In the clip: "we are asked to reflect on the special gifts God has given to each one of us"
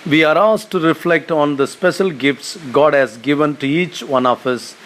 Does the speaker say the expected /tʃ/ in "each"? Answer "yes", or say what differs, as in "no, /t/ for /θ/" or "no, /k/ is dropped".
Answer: yes